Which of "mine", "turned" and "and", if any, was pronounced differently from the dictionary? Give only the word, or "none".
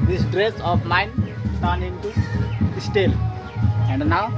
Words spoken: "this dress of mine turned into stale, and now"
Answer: turned